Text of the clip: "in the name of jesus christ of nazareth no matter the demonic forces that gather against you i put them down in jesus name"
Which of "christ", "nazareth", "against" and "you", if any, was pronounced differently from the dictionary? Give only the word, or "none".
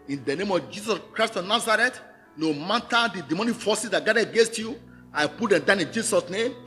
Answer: nazareth